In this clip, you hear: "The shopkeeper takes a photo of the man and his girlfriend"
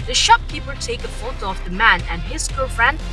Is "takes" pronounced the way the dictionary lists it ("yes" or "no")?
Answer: no